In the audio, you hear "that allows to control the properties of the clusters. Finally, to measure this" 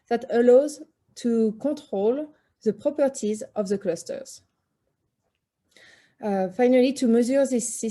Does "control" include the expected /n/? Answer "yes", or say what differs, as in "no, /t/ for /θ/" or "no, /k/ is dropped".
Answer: no, /n/ is dropped